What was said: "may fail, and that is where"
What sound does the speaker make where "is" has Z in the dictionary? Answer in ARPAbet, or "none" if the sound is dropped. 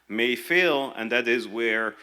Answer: Z